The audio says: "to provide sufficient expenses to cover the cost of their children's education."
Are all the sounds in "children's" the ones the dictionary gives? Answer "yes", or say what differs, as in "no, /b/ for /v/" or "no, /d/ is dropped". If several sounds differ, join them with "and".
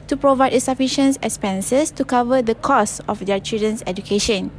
no, /s/ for /z/